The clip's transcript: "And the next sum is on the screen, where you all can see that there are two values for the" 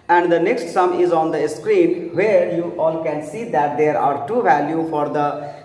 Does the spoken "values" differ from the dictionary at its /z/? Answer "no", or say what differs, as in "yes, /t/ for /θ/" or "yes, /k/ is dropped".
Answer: yes, /z/ is dropped